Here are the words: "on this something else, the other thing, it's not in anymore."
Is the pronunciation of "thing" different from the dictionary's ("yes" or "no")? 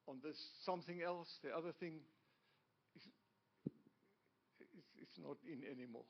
no